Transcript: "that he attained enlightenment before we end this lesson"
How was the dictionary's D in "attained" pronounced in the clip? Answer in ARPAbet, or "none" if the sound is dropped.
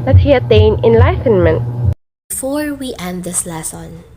none